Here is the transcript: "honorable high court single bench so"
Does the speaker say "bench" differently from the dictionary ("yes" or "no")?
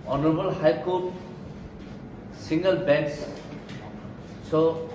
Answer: yes